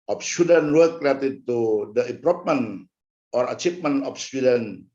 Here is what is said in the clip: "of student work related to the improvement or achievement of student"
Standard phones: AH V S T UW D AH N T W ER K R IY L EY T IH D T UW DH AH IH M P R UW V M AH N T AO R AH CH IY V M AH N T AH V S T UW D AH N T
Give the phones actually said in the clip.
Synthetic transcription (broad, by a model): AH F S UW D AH N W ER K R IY EY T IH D T UW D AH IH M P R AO P M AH N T AO R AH CH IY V M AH N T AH F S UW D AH N